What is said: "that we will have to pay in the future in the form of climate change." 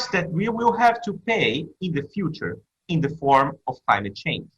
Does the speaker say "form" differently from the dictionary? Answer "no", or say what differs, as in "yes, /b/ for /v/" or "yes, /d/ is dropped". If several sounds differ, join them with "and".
no